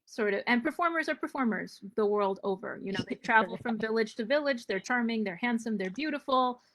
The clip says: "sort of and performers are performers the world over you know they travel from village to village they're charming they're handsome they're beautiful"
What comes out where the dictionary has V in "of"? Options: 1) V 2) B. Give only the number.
1